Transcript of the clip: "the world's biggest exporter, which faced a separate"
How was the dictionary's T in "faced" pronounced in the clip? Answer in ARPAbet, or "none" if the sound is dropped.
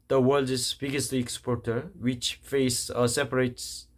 none